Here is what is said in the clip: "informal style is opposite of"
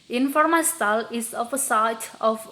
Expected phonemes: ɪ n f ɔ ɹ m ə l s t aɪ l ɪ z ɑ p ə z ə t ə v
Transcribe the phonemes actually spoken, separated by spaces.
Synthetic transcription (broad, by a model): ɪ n f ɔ ɹ m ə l s t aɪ l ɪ s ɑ f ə s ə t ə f